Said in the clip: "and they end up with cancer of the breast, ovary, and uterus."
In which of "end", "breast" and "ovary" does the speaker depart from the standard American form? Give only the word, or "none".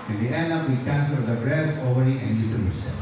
breast